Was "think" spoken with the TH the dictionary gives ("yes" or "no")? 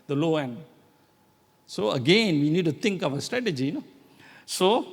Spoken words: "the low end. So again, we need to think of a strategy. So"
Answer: no